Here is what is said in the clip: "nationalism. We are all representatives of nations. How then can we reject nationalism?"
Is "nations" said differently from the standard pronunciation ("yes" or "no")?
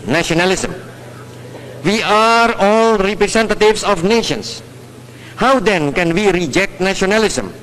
yes